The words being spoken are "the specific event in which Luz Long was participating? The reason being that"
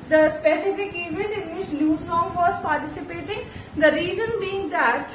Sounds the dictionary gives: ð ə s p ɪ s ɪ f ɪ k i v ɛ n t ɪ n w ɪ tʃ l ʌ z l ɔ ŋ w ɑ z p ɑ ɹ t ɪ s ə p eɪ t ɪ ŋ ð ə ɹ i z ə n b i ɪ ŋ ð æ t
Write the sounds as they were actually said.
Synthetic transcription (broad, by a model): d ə s p ɪ s ɪ f ɪ k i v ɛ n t ɪ n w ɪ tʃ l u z n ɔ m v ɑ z p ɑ ɹ t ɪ s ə p eɪ t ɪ ŋ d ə ɹ i z ə n b i ɪ ŋ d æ t